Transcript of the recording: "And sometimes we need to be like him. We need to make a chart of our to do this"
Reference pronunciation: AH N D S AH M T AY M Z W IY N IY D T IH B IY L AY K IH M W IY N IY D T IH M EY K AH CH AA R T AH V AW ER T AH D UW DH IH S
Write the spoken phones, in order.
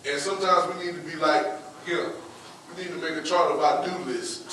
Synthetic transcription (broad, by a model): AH N S AH M T AY M Z W IY N IY D T IH B IY L AY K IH W IY N IY D T IH M EY K AH CH AA R T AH B AW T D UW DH IH S